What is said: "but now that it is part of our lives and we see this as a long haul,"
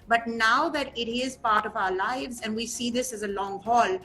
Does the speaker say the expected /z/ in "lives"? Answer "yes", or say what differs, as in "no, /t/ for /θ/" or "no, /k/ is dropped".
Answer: yes